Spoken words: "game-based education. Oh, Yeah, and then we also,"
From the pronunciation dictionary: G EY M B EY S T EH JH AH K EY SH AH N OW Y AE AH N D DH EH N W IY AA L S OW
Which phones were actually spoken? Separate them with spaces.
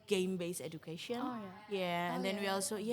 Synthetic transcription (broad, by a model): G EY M B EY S EH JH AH K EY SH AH N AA Y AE AH N D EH N W IY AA L S OW